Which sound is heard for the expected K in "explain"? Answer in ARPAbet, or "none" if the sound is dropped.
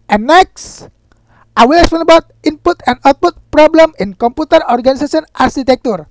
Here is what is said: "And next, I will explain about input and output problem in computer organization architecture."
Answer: none